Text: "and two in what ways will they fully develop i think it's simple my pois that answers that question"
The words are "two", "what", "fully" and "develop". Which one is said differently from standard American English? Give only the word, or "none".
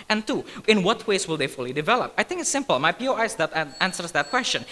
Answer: none